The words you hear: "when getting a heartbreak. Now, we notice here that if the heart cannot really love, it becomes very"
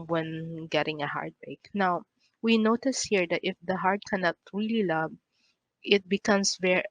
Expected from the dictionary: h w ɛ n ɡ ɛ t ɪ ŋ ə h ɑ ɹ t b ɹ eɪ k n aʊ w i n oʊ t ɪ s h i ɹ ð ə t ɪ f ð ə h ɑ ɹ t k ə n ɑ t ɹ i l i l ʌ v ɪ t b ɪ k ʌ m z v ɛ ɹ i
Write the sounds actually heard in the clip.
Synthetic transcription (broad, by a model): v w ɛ n ɡ ɛ t ɪ ŋ ə h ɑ ɹ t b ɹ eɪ k n aʊ w i n oʊ t ɪ s h i ɹ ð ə t ɪ f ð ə h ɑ ɹ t k ə n ɑ t ɹ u l i l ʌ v ɪ t b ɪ k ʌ m s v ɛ ɹ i